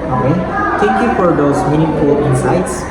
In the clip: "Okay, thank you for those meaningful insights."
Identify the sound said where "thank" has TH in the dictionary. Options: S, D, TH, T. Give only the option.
T